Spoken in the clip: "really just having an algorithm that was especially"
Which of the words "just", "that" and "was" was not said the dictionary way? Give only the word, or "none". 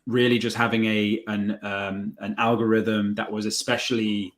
none